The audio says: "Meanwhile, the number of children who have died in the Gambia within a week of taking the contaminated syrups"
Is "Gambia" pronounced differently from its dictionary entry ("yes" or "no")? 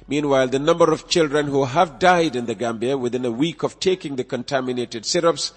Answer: no